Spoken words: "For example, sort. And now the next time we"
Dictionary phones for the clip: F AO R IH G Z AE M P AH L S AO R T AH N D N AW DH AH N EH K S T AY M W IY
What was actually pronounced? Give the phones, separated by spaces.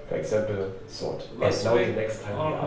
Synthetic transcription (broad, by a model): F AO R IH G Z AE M P L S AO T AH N N AW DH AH N EH K S T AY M